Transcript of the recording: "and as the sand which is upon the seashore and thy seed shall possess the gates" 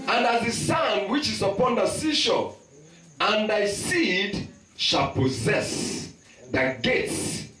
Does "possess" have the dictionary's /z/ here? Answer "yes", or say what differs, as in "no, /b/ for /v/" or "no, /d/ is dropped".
yes